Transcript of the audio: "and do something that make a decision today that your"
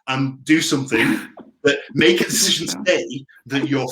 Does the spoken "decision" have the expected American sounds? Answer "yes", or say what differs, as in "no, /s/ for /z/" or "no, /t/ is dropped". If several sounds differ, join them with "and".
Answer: yes